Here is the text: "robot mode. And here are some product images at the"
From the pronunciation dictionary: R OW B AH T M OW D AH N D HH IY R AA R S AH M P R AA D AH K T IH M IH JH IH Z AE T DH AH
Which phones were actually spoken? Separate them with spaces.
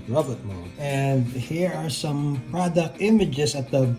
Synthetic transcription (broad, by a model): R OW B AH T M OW AH N D HH IY R AA R S AH M P R AA D AH K T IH M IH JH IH S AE T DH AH